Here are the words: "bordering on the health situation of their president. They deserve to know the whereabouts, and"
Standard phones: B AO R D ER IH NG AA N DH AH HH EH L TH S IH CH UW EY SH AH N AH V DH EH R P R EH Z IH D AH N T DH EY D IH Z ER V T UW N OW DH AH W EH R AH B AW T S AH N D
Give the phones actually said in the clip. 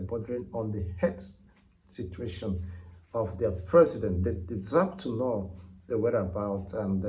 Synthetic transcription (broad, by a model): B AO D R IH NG AA N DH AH HH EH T S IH CH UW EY SH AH N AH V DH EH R P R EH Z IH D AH N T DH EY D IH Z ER P T UW N OW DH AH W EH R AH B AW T AH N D